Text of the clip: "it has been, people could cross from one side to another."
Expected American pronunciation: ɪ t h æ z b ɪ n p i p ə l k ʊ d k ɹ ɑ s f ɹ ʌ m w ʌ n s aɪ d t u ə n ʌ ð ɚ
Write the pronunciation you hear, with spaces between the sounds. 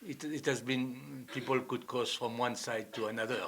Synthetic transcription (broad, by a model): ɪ t h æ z b ɪ n p i p ə l k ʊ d k ɑ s f ɹ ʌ m w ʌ n s aɪ d t u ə n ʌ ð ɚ